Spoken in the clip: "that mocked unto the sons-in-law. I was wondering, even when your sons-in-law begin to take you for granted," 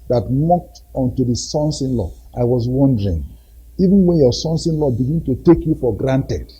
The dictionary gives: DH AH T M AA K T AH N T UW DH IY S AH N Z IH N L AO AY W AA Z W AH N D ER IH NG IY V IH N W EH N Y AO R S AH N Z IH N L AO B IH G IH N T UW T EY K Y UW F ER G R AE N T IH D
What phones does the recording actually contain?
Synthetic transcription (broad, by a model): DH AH T M AA K T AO N T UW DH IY S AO N S IH N L AO AY W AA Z W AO N D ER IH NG IY V IH N W EH N Y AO S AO N S IH N L AO B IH G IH N T UW T EY K Y UW F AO G R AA N T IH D